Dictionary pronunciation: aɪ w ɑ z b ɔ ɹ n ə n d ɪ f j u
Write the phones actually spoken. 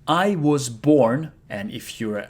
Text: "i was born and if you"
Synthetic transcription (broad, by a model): aɪ w ɑ z b ɔ ɹ n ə n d ɪ f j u